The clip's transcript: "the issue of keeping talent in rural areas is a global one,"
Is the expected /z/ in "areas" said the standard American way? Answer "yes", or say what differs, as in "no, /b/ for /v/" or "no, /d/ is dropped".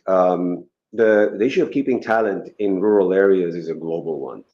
yes